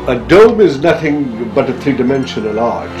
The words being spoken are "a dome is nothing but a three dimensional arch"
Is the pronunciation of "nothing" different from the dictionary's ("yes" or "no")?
no